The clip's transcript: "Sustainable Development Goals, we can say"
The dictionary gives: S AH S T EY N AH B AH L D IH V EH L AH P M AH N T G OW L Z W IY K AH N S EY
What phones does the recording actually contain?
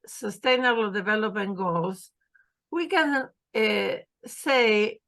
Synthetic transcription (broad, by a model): S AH S T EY N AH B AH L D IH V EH L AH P AH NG G OW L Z W IY K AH N S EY